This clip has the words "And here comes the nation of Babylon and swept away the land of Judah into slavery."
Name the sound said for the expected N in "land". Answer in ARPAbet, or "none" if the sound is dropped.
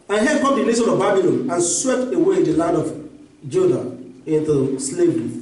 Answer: none